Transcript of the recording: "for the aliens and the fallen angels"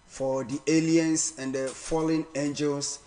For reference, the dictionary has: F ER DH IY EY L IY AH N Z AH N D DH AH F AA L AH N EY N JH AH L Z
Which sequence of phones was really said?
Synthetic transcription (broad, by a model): F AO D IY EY L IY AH N S AH N D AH F AA L AH N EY N JH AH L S